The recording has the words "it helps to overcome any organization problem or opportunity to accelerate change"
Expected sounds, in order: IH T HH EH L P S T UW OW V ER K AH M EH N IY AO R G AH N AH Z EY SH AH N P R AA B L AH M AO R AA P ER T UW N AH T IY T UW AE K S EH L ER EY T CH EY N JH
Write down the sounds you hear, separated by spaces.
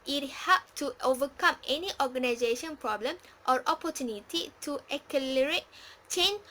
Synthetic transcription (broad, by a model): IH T HH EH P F T UW OW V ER K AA M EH N IY AO G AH N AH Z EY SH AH N P R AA B L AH M AO R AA P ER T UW N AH T IY T UW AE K EH L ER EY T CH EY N